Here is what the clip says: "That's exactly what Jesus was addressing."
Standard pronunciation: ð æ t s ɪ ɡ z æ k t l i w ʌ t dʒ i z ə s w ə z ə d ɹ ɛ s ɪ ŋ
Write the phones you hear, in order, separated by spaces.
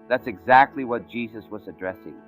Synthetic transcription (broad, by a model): ð æ t s ɪ ɡ z æ k t l i w ʌ t dʒ i z ə s w ə z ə d ɹ ɛ s ɪ ŋ